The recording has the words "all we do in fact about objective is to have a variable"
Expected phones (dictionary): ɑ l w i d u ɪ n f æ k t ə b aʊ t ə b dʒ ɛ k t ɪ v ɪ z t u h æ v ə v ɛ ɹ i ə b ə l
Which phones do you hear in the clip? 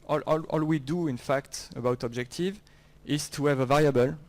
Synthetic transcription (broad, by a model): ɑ l w i d u ɪ n f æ k t ə b aʊ t ə b dʒ ɛ k t ɪ v ɪ z t u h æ v ə v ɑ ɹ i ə b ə l